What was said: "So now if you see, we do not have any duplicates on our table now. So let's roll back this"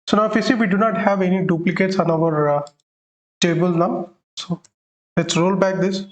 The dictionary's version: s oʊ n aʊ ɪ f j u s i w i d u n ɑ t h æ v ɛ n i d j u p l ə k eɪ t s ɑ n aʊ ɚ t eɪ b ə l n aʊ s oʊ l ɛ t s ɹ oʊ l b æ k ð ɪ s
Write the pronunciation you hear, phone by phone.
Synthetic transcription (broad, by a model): s oʊ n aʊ ɪ f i s i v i d u n ɑ t h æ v ɛ n i d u p l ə k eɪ t s ɑ n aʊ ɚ t eɪ b ə l n aʊ s oʊ l ɛ t s ɹ oʊ l b æ k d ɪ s